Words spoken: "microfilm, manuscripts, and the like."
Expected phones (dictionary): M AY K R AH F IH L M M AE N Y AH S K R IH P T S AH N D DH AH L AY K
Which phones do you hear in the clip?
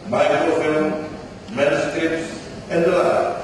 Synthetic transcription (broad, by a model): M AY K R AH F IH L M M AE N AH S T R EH T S AH N D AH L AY